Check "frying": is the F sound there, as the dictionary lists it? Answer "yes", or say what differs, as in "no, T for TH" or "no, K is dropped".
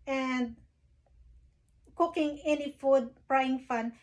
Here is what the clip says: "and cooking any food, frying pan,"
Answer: no, P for F